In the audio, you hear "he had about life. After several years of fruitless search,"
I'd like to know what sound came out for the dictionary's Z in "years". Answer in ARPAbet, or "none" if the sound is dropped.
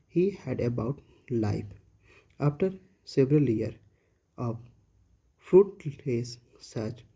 none